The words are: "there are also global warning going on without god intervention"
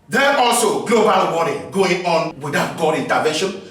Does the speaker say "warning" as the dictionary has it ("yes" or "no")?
no